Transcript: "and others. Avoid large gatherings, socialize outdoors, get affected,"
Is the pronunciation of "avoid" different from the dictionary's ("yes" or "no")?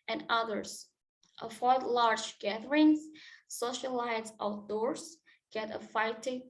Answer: yes